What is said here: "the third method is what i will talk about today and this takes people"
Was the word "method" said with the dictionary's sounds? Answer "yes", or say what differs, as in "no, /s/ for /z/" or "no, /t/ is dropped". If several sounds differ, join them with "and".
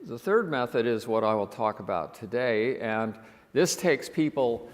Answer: yes